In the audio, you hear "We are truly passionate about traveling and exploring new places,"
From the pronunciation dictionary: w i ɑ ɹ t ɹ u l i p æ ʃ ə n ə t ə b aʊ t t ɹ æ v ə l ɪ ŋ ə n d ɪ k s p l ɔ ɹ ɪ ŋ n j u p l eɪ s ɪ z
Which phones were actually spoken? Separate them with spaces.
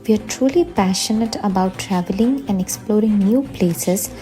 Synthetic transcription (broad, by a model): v i ɑ ɹ t ɹ u l i p æ ʃ ə n ə t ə b aʊ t t ɹ æ v ə l ɪ ŋ ə n d ɪ k s p l ɔ ɹ ɪ ŋ n j u p l eɪ s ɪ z